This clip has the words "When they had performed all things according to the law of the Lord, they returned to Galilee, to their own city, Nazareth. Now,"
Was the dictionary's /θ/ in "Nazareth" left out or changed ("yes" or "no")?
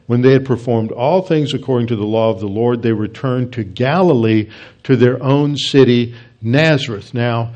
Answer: no